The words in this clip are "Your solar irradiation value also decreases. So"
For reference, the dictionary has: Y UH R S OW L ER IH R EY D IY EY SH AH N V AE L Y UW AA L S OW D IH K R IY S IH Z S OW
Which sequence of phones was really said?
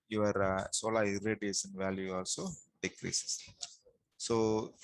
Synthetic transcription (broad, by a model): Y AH R S OW L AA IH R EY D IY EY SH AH N V AE L Y UW AA L S OW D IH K R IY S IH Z S OW